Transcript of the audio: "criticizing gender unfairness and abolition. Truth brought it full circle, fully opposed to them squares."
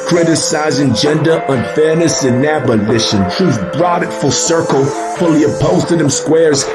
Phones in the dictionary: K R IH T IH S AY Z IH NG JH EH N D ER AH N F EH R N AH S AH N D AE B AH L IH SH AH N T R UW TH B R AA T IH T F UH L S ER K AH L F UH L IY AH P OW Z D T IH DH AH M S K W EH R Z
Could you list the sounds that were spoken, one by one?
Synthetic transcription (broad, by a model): K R IH T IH S AY Z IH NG JH EH N D ER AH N F EH R N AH S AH N AE B AH L IH SH AH N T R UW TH B R AA T IH T F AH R S ER K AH L F UH L IY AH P OW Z T IH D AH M S K W EH R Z